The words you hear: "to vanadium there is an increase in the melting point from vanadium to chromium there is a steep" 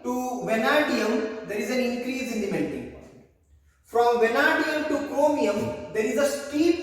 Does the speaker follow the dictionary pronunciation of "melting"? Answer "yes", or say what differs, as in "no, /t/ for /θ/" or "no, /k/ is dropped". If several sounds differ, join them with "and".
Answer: no, /n/ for /l/